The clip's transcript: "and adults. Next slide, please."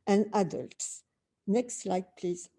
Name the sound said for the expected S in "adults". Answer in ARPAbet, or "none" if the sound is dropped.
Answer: S